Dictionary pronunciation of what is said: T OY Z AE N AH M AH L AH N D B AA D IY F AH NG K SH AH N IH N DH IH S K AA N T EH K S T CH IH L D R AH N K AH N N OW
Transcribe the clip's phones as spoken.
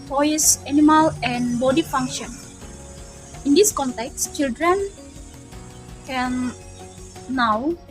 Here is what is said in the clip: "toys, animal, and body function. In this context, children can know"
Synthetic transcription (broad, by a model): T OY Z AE N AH M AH L AH N D B AA D IY F AH NG K SH AH N IH N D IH S K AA N T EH K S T CH IH L D R AH N K AH N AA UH